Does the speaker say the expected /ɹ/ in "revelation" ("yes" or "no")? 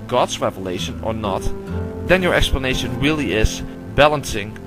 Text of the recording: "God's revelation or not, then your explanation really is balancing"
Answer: yes